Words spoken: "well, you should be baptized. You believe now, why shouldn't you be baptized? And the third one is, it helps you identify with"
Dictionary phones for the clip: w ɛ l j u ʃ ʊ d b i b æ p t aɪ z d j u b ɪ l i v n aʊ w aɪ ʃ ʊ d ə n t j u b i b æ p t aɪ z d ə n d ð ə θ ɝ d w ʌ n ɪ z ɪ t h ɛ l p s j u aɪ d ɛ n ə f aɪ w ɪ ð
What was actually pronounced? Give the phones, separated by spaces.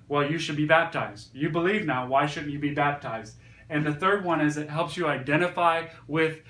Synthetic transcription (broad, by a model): w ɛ l j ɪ ʃ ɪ d b i b æ p t aɪ z d j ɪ b ɪ l i v n aʊ w aɪ ʃ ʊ d n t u b i b æ p t aɪ z d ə n ð ə θ ɝ d w ʌ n ɪ z ɪ t h ɛ l p s j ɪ aɪ d ɛ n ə f aɪ w ɪ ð